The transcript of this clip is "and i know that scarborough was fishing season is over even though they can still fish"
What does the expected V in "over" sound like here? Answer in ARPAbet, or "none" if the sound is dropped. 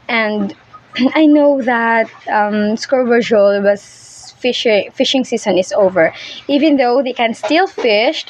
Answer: V